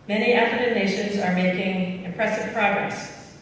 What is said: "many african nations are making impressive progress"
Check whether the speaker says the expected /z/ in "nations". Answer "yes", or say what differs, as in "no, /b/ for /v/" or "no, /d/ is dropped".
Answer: yes